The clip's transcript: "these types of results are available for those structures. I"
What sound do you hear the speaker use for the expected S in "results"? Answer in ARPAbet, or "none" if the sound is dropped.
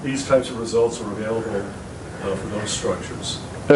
S